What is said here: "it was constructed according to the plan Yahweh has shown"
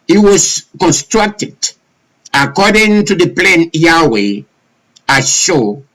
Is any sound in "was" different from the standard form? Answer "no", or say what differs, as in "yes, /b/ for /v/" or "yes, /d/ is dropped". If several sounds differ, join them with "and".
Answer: yes, /s/ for /z/